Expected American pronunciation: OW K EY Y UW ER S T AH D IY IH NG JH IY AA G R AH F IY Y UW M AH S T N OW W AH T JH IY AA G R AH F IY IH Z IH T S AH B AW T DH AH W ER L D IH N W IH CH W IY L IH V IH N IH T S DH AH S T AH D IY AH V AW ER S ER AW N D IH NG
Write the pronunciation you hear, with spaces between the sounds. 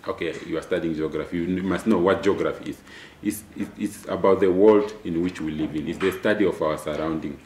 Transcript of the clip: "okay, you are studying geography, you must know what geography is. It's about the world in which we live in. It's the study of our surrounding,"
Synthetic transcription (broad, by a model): OW K EY Y UW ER S T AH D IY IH NG JH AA G R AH F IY Y UW M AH S T N OW W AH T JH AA G R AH F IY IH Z IH T S AH B AW T DH AH W ER L D IH N W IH CH W IY L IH V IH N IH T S DH AH S T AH D IY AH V AW ER S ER AW N D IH NG